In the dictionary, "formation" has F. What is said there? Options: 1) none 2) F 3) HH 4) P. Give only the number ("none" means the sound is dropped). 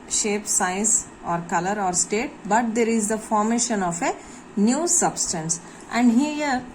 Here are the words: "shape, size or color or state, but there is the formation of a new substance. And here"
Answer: 2